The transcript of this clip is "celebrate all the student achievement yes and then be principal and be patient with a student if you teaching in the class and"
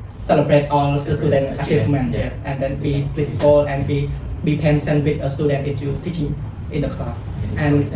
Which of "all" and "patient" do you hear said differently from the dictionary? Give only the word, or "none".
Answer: patient